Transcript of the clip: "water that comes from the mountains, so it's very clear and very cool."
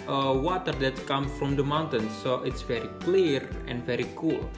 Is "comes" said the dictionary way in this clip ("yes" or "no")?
no